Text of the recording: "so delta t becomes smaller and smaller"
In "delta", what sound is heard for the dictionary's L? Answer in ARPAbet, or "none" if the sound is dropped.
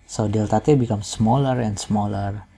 L